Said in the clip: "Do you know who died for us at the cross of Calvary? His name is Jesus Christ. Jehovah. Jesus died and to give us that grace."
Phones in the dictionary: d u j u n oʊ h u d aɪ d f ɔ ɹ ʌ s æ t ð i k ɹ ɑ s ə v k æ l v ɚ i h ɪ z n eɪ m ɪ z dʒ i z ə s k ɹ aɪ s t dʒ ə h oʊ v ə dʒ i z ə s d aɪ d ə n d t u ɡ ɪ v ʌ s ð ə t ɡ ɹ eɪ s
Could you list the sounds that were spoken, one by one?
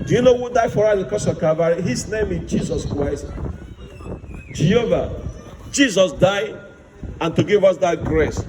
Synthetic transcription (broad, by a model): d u j u n oʊ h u d aɪ f ɔ ɹ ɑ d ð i k ɑ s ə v k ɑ v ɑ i h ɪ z n eɪ m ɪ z dʒ i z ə s k ɹ aɪ s t dʒ ə h oʊ v ə dʒ i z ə s d aɪ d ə n t u ɡ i v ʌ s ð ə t ɡ ɹ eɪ s